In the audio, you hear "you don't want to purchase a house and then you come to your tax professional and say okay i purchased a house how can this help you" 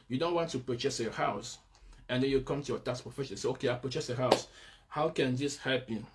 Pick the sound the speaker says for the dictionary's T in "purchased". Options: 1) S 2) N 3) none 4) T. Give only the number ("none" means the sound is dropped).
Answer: 3